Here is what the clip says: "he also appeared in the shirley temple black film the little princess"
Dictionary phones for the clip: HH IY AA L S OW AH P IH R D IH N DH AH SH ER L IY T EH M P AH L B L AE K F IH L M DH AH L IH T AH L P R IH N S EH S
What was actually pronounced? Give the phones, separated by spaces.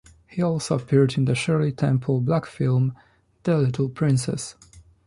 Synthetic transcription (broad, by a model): HH IY AA L S OW AH P IH R D IH N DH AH SH ER L IY T EH M P AH L B L AE K F IH L M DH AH L IH T AH L P R IH N S EH S